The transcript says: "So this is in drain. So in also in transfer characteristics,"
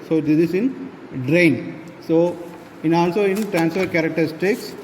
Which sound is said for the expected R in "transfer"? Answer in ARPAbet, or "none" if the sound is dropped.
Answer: R